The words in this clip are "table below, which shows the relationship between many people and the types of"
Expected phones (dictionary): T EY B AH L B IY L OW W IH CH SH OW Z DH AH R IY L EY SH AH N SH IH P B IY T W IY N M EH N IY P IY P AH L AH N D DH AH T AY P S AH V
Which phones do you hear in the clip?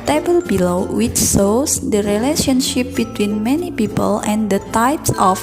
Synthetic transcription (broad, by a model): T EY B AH L B IY L OW W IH CH S OW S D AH R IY L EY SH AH N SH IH P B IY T W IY N M EH N IY P IY P AH L AH N D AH T AY P S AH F